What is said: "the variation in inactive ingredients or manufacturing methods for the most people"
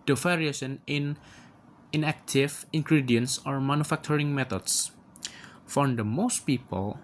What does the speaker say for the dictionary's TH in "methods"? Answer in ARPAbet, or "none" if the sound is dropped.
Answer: T